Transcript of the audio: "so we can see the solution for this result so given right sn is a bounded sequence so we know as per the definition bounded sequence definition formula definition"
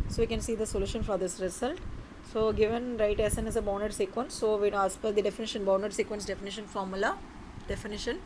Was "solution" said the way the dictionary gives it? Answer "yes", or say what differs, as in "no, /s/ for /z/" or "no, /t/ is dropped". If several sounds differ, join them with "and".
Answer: yes